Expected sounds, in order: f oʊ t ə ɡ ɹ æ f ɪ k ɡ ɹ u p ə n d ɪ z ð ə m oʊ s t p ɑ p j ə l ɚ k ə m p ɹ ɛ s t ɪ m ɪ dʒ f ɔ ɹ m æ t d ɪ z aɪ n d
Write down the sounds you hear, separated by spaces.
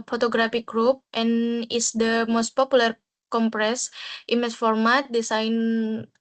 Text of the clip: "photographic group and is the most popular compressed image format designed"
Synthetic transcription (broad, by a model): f oʊ t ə ɡ ɹ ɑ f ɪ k ɡ ɹ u p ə n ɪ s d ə m oʊ s t p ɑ p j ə l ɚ k ə m p ɹ ɛ s t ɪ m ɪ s f ɔ ɹ m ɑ t d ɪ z aɪ n